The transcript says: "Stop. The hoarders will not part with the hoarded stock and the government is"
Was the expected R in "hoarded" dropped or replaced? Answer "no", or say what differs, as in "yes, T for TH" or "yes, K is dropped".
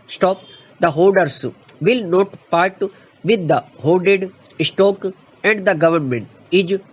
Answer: yes, L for R